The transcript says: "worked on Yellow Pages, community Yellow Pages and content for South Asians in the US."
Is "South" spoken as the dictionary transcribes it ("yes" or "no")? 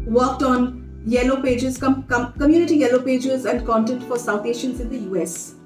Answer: no